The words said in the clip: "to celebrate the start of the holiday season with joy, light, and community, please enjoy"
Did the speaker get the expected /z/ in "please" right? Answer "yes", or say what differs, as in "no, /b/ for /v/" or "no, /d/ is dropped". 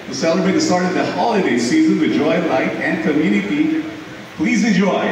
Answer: yes